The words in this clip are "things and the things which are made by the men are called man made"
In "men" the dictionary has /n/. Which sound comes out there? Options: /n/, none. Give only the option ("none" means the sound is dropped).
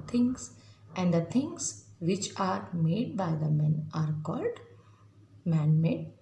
/n/